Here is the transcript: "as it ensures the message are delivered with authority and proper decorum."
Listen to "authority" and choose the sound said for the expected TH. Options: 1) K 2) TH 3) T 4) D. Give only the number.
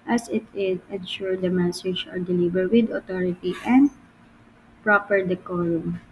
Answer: 3